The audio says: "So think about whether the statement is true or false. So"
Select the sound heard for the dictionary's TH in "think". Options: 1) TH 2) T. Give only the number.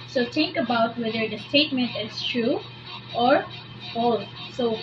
2